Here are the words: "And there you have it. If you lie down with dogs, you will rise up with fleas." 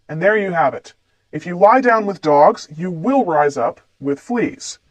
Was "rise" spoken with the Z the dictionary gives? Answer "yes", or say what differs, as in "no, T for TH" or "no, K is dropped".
yes